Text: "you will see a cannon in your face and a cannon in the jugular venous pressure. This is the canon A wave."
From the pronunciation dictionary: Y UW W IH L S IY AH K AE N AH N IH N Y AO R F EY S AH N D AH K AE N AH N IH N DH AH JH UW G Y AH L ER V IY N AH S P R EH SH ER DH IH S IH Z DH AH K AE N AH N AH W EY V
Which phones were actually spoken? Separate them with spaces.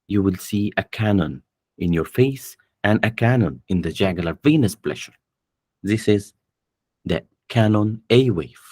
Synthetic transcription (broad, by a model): Y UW W IH L S IY AH K AE N AH N IH N Y AO R F EY S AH N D AH K AE N AH N IH N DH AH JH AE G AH L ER V IY N AH S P L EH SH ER DH IH S IH Z DH AH K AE N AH N AH W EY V